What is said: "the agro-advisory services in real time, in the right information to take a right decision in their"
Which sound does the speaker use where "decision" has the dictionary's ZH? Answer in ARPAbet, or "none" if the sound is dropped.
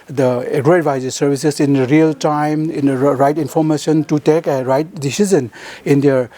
Z